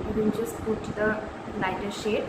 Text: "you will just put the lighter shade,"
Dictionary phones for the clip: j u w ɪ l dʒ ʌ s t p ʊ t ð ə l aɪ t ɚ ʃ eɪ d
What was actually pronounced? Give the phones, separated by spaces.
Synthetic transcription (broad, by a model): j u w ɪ n dʒ ʌ s t p ʊ t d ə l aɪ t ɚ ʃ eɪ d